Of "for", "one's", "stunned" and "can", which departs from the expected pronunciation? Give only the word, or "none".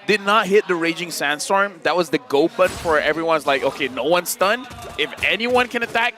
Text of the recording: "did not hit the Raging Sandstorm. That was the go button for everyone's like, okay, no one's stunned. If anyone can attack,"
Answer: stunned